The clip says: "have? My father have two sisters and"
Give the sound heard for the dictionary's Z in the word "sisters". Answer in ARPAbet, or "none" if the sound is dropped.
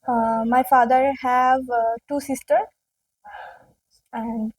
none